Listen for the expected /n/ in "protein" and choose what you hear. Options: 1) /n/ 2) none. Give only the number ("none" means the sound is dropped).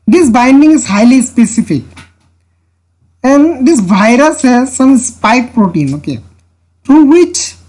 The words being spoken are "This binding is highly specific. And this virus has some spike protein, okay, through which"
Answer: 1